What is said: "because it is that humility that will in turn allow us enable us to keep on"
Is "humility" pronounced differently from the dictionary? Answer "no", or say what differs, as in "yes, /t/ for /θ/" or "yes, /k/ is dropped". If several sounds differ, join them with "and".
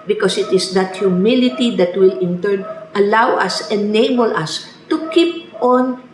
no